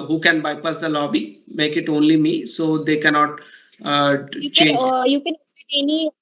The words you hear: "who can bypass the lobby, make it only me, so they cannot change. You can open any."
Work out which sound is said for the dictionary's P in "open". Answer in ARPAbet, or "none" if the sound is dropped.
none